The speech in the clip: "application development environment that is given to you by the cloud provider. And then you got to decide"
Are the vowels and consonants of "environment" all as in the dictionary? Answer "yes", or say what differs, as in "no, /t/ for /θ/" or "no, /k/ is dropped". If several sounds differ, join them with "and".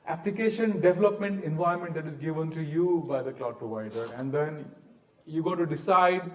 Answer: no, /ɹ/ is dropped